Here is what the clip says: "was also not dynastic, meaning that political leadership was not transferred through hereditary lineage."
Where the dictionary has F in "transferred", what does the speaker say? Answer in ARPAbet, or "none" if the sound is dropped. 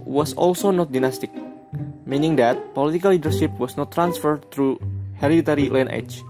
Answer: F